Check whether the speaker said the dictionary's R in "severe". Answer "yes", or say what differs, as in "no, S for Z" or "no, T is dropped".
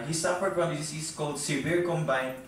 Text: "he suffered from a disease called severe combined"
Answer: yes